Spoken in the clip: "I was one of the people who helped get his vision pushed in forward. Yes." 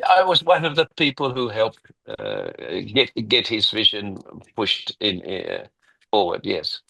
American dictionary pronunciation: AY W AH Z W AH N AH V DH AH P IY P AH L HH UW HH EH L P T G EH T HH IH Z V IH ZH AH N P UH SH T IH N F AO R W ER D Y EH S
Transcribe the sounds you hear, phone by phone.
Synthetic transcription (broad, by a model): AY W AH Z W AH N AH V DH AH P IY P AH L HH UW HH EH L P T G EH T HH IH Z V IH ZH AH N P UH SH T IH N F AO R W ER D Y EH S